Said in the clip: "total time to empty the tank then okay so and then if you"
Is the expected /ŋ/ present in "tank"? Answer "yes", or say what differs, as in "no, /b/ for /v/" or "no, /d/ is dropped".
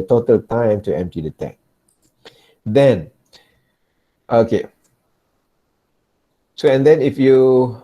no, /ŋ/ is dropped